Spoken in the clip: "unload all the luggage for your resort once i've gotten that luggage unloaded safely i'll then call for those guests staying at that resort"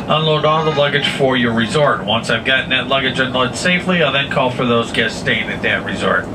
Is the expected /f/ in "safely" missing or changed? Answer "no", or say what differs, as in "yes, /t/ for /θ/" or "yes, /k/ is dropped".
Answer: no